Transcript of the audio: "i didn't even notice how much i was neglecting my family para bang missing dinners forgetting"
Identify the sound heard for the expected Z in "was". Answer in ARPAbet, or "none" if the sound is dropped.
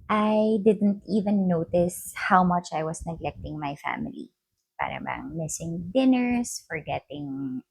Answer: S